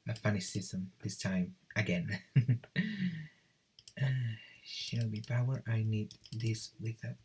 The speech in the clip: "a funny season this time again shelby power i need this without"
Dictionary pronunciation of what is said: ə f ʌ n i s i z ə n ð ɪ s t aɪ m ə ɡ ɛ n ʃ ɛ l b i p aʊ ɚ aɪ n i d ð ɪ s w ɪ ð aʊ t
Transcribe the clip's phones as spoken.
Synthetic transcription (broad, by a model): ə f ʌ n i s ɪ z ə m ð ɪ s t aɪ m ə ɡ ɛ n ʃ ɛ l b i b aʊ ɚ aɪ n i d ð ɪ s w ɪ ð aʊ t